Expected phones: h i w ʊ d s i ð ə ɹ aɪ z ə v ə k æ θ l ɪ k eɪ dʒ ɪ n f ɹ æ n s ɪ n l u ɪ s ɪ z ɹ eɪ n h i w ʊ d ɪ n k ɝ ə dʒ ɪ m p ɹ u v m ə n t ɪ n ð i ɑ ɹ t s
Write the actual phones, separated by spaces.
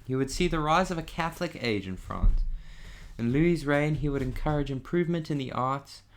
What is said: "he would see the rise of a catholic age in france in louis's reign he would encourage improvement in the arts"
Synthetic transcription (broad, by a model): h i w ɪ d s i ð ə ɹ aɪ z ə v ə k æ θ l ɪ k eɪ dʒ ɪ n f ɹ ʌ n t ɪ n l u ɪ z ɹ eɪ n i w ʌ d ɪ n k ɝ ə dʒ ɪ m p ɹ u v m ə n t ɪ n ð i ɑ ɹ t s